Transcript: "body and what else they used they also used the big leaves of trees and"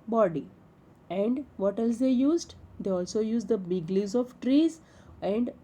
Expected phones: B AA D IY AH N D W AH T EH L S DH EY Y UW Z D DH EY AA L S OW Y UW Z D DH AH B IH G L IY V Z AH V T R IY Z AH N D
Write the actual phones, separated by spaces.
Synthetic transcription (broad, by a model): B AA D IY AH N D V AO T EH L S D EY Y UW Z D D EY AA L S OW Y UW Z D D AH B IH G L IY Z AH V T R IY Z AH N D